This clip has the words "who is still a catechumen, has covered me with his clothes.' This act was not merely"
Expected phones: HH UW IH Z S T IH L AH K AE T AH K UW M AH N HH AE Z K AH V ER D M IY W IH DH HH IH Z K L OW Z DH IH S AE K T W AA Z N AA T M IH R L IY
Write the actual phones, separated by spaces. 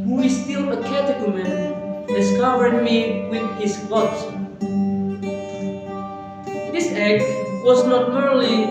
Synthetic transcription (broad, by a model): HH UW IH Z S T IH L AH K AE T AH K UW M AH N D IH S K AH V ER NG M IY W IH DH HH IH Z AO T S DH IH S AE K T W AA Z N AA T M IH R L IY